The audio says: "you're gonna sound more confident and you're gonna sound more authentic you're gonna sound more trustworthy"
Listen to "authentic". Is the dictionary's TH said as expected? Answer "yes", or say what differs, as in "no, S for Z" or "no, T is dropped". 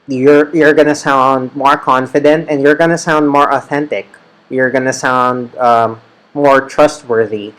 yes